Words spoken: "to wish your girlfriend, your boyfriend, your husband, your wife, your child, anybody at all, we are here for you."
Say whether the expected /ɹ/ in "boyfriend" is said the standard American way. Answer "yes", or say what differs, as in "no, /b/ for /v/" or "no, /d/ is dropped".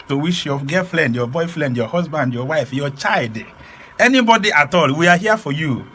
no, /l/ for /ɹ/